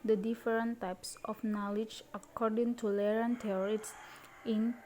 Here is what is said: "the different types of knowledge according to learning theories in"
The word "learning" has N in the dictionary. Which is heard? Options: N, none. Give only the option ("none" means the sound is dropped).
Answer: none